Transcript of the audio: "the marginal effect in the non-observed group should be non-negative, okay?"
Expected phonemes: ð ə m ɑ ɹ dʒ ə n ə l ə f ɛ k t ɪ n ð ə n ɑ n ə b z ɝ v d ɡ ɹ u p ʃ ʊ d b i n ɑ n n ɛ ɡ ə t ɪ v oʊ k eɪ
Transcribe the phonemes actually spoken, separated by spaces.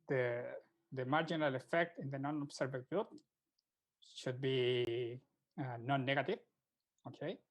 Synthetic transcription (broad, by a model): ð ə m ɑ ɹ dʒ ə n ə l ə f ɛ k t ɪ n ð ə n ɑ n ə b s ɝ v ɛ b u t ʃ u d b i n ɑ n n ɛ ɡ ə t ɪ v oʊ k eɪ